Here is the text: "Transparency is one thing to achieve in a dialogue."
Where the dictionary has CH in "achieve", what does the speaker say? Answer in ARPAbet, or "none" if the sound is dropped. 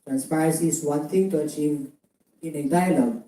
CH